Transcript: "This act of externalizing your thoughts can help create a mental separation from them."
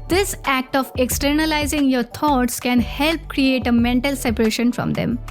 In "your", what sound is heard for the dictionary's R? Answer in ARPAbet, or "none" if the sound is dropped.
R